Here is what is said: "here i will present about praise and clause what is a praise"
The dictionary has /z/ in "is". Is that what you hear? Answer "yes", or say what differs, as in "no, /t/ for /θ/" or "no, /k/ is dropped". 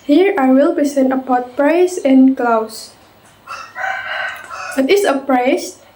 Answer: no, /s/ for /z/